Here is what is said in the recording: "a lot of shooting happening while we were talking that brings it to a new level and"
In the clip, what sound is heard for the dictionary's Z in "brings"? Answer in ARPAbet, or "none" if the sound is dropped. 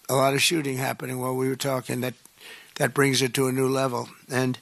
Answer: Z